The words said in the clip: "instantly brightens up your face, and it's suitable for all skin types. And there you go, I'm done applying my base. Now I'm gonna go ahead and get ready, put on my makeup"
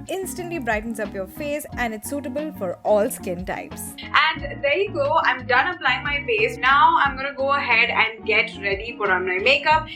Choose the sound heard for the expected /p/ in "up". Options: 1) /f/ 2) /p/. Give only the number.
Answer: 2